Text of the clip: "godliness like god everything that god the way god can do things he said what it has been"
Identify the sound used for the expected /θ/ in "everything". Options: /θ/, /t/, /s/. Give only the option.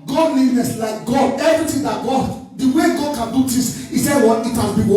/t/